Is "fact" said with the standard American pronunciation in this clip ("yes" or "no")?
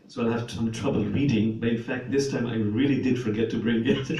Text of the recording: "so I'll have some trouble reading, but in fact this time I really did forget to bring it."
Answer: yes